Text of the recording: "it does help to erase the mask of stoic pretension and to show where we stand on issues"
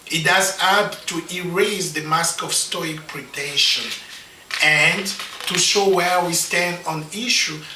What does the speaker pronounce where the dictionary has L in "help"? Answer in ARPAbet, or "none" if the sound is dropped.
none